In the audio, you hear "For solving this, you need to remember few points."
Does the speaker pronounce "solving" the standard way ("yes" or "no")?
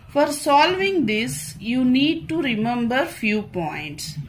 yes